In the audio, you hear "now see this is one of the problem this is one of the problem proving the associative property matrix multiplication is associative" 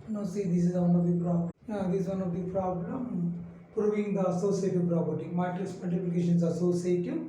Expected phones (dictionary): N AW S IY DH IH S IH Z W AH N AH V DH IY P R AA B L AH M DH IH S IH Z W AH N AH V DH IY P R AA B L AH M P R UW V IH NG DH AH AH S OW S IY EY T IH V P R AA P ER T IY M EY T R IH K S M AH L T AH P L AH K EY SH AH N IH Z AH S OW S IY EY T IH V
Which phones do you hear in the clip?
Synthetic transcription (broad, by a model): N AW S IY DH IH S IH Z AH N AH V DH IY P R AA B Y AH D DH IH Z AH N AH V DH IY P R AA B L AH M P R UW V IH NG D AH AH S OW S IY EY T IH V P R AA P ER T IY M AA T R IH S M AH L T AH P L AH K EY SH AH N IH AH S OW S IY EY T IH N